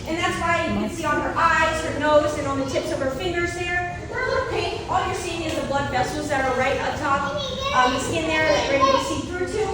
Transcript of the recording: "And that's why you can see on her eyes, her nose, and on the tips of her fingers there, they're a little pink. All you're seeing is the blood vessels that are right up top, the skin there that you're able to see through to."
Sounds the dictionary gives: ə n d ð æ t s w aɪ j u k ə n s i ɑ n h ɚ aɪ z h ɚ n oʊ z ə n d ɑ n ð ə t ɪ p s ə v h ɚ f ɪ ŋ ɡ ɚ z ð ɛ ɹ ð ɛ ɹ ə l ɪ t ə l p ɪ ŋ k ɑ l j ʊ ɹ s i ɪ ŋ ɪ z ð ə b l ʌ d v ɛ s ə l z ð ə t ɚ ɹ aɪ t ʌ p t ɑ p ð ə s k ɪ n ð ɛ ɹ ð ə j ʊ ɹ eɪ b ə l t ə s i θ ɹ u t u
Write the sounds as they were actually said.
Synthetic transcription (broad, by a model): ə n ð æ t s w aɪ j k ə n s i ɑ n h ɚ aɪ z h ɚ n oʊ z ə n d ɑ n ð ə t ɪ p s ə v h ɚ f ɪ ŋ ɡ ɚ z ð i ɹ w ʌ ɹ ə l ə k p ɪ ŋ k ɑ l j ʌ ɹ s i ɪ ŋ ɪ z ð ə b l ʌ d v ɛ s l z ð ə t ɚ ɹ aɪ t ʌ t ɑ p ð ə s k ɪ n ð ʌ ɹ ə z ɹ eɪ ə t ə s i θ ɹ u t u